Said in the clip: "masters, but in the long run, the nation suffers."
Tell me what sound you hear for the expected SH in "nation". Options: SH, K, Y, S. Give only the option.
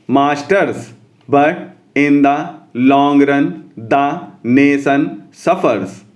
S